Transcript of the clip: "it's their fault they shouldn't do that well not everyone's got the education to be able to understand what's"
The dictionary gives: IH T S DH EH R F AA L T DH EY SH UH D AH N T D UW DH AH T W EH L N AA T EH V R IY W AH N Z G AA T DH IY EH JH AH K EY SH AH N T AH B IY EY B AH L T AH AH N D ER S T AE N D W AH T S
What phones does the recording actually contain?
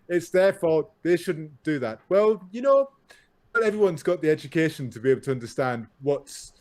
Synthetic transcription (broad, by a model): IH T S DH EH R F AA DH EY SH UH D N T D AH DH AH T W EH L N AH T EH V R IY W AH N Z G AA T DH IY EH JH AH K EY SH AH N T AH B IY EY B L T AH AH N D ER S T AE N D W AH T S